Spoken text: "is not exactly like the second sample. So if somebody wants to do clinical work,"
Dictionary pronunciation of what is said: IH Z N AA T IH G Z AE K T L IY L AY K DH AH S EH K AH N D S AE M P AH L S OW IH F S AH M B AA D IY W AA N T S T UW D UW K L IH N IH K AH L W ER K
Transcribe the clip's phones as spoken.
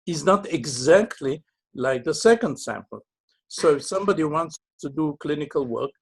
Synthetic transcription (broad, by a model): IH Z N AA T IH G Z AE K T L IY L AY K DH AH S EH K AH N D S AE M P AH L S OW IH S AH M B AA D IY W AA N T S T UW D UW K L IH N IH K AH L W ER K